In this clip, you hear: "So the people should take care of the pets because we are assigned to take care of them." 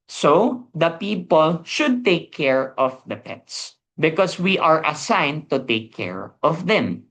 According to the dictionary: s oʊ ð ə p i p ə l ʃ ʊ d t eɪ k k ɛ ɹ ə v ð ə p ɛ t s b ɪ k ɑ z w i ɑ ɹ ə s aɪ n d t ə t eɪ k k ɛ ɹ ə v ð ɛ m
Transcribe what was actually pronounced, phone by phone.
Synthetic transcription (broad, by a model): s oʊ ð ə p i p ə l ʃ ʊ d t eɪ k k ɛ ɹ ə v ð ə p ɛ t s b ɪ k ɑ s w i ɑ ɹ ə s aɪ n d t ə t eɪ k k ɛ ɹ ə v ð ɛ m